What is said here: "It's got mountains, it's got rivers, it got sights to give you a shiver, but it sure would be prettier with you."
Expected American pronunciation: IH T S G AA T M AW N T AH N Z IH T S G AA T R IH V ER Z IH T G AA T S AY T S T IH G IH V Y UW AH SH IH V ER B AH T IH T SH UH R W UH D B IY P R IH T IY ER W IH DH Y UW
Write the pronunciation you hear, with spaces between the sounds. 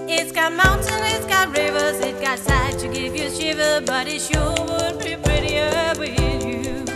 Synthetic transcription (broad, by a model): IH T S G AA T M AW N T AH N IH T S G AA T R IH V ER Z IH T G AA T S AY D T IH G IH V Y AH SH IH V ER B AH T IH T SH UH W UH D B IY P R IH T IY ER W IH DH Y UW